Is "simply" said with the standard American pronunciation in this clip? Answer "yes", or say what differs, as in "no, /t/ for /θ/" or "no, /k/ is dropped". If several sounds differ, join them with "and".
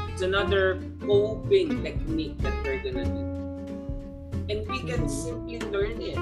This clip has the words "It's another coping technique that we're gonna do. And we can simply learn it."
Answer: no, /m/ is dropped